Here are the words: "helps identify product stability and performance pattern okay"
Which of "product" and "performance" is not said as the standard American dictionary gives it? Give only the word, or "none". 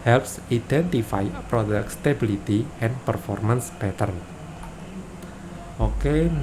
none